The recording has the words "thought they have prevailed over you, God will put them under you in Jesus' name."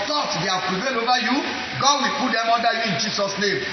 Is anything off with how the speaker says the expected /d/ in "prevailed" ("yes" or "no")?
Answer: yes